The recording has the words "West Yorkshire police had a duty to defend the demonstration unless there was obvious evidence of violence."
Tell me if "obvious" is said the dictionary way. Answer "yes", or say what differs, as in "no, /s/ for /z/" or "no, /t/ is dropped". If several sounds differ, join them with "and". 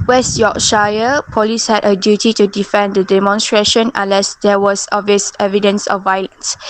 no, /b/ is dropped